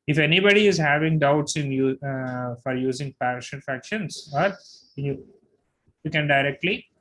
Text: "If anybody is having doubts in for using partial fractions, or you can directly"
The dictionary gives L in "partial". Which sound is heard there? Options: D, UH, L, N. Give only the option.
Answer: N